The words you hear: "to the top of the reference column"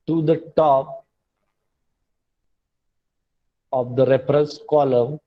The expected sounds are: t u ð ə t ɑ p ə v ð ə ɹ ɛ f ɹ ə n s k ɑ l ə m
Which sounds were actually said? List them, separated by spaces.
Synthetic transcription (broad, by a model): t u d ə t ɑ p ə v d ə ɹ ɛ p ɹ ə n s k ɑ l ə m